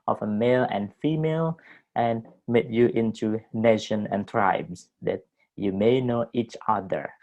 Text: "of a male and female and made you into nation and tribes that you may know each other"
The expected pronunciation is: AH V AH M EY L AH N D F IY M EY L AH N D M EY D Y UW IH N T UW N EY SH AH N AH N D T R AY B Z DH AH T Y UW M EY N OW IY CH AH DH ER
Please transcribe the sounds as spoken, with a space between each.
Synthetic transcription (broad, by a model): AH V AH M EY L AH N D F IY M EY L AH N M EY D Y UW IH N T UW N EY SH AH N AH N T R AY B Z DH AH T Y UW M EY N OW IY CH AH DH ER